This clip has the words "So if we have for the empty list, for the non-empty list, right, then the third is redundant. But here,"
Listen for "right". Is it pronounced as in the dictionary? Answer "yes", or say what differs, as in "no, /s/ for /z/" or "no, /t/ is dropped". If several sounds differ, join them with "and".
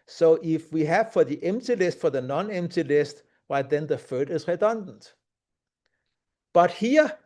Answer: no, /w/ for /ɹ/